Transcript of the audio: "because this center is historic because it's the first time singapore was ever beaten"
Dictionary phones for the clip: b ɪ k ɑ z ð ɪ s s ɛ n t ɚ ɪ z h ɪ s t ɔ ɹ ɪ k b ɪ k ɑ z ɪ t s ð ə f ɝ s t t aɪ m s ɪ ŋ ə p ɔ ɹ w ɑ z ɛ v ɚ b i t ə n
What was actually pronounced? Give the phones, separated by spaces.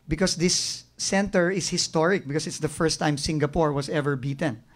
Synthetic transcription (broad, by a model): b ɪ k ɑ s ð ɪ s s ɛ n t ɚ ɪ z h ɪ s t ɔ ɹ ɪ k b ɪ k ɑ s ɪ t s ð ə f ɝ s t t aɪ m s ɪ ŋ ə p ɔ ɹ w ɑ s ɛ v ɚ b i t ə n